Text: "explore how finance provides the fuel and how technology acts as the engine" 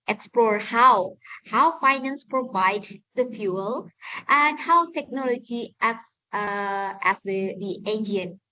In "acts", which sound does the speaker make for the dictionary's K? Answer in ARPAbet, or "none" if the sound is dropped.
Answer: none